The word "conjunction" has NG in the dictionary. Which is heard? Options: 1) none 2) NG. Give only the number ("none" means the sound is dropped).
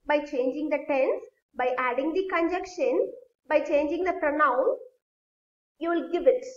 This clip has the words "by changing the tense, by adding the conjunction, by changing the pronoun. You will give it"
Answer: 1